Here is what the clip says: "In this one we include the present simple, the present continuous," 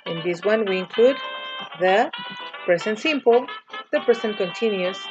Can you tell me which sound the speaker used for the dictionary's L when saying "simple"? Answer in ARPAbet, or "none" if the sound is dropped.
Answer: L